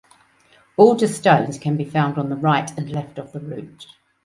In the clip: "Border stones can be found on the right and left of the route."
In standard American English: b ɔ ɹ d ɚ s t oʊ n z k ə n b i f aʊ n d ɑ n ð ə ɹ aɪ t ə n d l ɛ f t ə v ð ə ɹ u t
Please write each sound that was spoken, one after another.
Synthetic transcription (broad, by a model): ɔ l d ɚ s t oʊ n z k ə n b i f aʊ n d n ð ə ɹ aɪ t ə n l ɛ f t ə v ð ə ɹ u t